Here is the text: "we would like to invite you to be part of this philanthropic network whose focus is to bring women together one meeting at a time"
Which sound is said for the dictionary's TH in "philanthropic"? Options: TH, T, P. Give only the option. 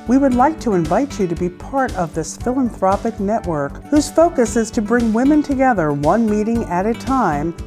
TH